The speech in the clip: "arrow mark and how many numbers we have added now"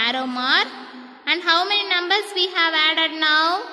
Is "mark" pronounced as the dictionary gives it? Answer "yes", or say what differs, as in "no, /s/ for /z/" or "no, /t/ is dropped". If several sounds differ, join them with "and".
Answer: no, /k/ is dropped